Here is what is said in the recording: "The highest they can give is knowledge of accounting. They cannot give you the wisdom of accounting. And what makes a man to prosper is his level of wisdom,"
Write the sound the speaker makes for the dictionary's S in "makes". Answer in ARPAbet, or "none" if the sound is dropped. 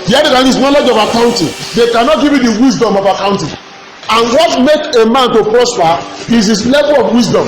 none